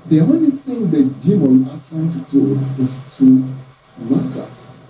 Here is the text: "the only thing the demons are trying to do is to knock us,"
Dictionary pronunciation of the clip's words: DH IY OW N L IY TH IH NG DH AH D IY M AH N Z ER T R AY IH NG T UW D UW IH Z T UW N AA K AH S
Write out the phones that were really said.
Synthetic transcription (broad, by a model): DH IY OW N L IY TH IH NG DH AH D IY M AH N AA T R AY IH NG T UW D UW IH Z T UW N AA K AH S